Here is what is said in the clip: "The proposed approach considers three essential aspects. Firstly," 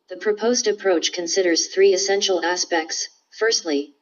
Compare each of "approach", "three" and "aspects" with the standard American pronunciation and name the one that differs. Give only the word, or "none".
none